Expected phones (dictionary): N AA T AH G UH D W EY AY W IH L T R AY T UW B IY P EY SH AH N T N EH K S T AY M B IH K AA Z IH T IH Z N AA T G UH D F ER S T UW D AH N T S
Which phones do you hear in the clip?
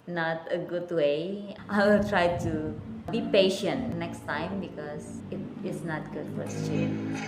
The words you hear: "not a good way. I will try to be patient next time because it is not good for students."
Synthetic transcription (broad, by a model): N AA T AH G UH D W EY AY W IH L T R AY T UW B IY P EY SH AH N T N EH K S T AY M B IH K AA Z IH T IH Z N AA T G UH D F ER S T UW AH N